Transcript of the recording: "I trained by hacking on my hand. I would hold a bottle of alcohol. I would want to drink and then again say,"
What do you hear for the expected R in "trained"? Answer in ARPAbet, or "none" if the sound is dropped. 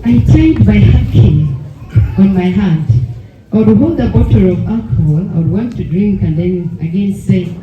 none